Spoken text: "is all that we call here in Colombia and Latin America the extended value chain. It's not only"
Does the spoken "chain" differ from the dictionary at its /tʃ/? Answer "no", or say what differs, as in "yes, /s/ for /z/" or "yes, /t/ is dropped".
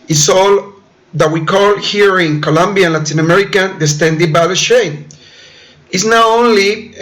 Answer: yes, /ʃ/ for /tʃ/